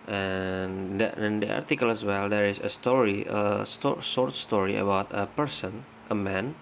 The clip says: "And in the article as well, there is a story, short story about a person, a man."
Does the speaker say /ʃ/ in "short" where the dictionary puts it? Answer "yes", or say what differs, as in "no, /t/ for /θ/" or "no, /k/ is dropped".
no, /s/ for /ʃ/